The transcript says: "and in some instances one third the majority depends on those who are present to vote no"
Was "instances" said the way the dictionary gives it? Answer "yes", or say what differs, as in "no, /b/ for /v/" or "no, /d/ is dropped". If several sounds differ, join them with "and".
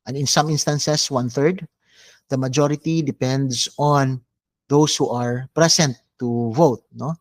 no, /s/ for /z/